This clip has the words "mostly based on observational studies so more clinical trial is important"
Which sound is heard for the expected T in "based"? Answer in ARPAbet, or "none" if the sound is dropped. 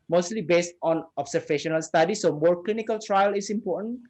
T